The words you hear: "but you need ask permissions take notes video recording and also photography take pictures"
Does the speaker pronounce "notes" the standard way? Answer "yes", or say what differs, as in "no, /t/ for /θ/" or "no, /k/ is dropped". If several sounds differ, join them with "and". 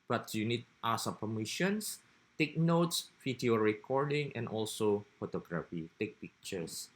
yes